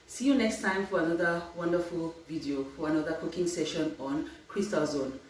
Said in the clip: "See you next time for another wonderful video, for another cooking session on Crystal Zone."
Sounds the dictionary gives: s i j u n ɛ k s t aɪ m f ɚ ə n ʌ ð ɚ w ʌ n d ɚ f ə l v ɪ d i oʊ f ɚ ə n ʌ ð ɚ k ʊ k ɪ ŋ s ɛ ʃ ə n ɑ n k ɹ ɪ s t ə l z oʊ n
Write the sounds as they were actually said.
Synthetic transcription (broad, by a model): s i j u n ɛ k s t aɪ m f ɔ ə n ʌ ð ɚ w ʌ n d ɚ f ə l v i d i oʊ f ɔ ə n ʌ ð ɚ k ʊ k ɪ ŋ s ɛ ʃ ə n ɑ n k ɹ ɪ s t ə l z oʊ n